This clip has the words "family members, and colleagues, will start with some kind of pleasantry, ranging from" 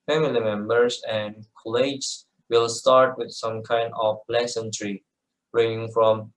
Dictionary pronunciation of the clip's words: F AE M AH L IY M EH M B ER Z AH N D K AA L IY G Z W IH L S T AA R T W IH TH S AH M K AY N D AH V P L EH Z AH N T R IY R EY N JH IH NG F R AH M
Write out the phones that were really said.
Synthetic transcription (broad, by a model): F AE M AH L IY M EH M B ER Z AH N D K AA L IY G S W IH L S T AA R T W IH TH S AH M K AY N D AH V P L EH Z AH N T R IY R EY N IH NG F R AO M